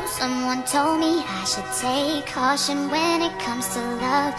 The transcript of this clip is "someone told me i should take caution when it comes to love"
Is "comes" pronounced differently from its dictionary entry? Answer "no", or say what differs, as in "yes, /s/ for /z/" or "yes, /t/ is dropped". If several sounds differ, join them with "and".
no